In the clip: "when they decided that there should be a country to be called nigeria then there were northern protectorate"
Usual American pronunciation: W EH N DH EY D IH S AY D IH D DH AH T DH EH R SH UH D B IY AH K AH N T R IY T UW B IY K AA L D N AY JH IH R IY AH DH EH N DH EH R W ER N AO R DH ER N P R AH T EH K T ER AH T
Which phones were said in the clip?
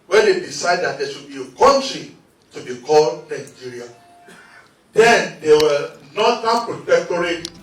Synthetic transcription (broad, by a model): W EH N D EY D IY S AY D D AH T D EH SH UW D B IY AH K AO N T R IY T UW B IY K AA L D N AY JH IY R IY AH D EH N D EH W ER N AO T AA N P R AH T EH K T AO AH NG